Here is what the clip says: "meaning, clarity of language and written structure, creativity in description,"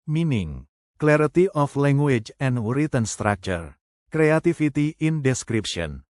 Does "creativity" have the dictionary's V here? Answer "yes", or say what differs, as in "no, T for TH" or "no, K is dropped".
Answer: no, F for V